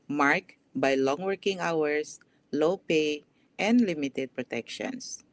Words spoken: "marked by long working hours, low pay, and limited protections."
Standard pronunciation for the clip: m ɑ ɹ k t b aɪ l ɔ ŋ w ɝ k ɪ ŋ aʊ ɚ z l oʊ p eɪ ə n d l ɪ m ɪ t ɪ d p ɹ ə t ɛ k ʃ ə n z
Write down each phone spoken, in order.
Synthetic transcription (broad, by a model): m ɑ ɹ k b aɪ l ɔ ŋ w ɝ k ɪ ŋ aʊ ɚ s l oʊ p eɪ ə n d l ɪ m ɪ t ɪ d p ɹ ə t ɛ k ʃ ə n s